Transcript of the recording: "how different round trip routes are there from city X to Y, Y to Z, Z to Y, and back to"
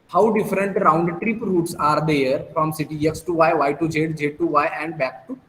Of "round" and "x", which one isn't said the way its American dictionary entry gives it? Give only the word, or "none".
none